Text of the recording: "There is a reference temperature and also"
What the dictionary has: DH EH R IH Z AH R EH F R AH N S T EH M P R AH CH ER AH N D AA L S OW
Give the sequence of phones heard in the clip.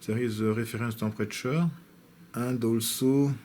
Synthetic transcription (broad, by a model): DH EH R IH Z AH R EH F R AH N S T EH P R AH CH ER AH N D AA L S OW